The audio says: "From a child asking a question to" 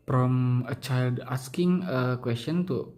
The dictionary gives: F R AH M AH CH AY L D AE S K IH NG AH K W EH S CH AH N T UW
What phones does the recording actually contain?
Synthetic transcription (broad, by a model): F R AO M AH CH AY L D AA S K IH NG AH K W EH S CH AH N T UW